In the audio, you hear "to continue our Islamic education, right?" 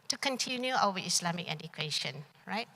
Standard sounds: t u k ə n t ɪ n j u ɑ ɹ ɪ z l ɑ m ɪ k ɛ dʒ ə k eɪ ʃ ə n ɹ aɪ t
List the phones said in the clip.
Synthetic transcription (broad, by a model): t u k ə n t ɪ n j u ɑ w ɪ s l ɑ m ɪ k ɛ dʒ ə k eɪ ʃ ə n ɹ aɪ t